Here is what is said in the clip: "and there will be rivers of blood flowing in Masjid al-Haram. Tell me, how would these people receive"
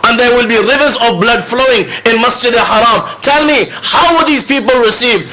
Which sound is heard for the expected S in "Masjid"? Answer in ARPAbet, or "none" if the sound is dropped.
S